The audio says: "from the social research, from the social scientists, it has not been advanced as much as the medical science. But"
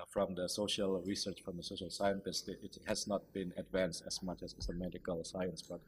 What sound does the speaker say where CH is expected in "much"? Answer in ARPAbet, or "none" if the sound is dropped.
CH